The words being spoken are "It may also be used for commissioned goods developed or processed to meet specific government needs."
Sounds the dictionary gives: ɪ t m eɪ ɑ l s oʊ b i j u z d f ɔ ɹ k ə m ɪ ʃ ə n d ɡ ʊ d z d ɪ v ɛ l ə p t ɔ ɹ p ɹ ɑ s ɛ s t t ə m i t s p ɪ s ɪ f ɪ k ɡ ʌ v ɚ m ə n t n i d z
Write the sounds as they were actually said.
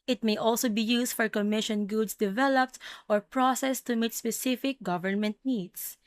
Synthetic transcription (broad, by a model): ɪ t m eɪ ɑ l s oʊ b i j u s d f ɔ ɹ k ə m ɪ ʃ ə n ɡ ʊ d s d ɪ v ɛ l ə p t ɔ ɹ p ɹ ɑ s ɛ s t t ə m i t s p ɪ s ɪ f ɪ k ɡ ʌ v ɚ m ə n t n i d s